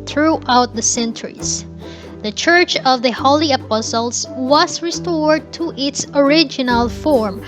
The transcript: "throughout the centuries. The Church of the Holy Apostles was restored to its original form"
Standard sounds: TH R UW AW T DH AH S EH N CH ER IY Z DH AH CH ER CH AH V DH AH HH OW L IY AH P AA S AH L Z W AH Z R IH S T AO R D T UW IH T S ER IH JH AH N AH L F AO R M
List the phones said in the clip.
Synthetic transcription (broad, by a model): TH R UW AW T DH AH S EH N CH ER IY S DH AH CH ER CH AH V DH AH HH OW L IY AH P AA S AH L S W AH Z R IH S T AO R D T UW IH T S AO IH JH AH N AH L F AO R M